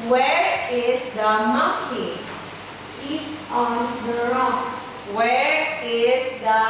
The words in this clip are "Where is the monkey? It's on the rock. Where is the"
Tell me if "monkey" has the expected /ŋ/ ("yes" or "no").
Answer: no